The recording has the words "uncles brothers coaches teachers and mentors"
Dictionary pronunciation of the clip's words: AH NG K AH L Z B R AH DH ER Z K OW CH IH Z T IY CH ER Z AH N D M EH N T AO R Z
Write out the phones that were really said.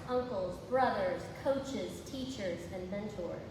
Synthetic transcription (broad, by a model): AH NG K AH L Z B R AH DH ER Z K OW CH IH Z T IY CH ER Z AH N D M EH N T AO R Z